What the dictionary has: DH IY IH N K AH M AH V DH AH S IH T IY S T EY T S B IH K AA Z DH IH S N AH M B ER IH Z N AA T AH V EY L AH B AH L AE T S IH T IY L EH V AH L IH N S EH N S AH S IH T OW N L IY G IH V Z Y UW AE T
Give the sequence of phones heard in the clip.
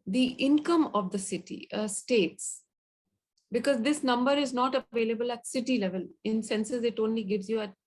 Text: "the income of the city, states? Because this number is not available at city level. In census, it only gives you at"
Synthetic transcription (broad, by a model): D IY IH N K AH M AH V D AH S IH T IY S T EY T S B IH K AA Z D IH S N AH M B ER IH Z N AA T AH V EY L AH B AH L AE T S IH T IY L EH V AH L IH N S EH N S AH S IH T OW N L IY G IH V Z Y UW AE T